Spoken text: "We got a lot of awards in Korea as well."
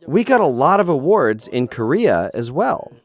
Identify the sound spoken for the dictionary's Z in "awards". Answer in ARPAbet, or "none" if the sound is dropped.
Z